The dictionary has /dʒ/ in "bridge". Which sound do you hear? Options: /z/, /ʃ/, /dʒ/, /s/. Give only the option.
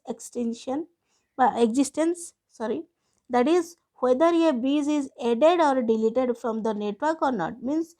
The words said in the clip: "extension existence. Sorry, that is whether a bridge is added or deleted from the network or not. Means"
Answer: /z/